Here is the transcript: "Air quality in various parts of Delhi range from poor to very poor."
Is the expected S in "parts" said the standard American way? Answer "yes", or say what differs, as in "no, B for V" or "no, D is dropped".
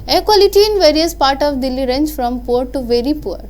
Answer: no, S is dropped